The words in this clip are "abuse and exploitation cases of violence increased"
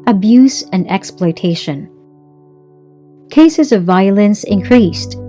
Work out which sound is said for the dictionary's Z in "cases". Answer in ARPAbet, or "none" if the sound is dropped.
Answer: Z